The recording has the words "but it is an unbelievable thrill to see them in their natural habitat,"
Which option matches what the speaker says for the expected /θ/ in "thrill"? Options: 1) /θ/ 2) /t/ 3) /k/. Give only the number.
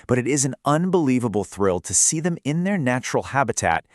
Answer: 1